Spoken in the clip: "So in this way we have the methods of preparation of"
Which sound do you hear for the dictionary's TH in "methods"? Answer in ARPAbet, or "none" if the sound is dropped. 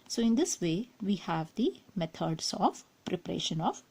T